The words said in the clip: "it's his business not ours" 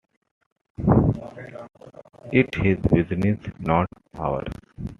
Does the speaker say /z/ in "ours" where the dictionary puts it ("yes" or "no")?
no